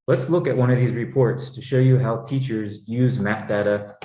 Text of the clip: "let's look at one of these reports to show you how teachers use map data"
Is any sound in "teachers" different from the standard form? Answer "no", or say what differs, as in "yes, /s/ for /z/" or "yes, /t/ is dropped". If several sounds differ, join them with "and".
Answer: no